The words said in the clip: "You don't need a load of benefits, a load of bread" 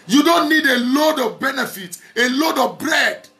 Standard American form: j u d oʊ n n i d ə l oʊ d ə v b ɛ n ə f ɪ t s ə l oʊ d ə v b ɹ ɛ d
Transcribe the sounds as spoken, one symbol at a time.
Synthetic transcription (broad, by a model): j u d oʊ n n i d ə l oʊ d ə v b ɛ n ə f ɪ t ə l oʊ d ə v b ɹ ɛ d